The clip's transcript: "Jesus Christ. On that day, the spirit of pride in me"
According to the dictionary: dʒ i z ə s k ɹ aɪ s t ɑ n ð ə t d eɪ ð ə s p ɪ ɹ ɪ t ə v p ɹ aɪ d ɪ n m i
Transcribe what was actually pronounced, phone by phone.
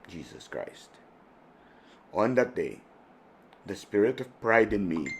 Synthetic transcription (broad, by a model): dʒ i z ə s k ɹ aɪ s t ɑ n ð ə t d eɪ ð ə s p ɪ ɹ ɪ t ə v p ɹ aɪ d ɪ n m i